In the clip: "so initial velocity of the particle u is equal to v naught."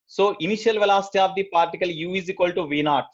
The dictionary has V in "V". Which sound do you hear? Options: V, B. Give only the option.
V